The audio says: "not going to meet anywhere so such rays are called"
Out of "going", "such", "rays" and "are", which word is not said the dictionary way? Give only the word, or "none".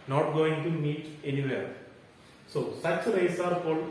rays